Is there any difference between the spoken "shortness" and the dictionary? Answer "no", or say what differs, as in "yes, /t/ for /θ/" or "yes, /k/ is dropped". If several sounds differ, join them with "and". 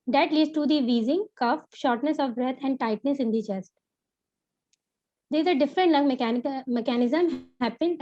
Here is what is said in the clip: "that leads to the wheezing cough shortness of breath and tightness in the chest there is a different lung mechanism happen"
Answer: no